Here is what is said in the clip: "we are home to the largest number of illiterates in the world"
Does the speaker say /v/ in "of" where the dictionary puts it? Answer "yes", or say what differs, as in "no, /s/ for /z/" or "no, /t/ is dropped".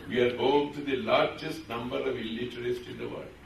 yes